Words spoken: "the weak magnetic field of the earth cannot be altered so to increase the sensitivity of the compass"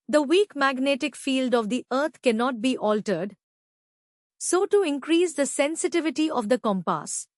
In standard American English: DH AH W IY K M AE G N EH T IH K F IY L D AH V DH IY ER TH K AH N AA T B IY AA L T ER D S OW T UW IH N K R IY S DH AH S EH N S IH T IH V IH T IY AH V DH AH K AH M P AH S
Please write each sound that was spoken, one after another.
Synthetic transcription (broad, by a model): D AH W IY K M AE G N EH T IH K F IY L D AH V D IY ER T K AH N AA T B IY AA L T ER D S OW T UW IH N K R IY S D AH S EH N S IH T IH V IH T IY AH V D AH K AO M P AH S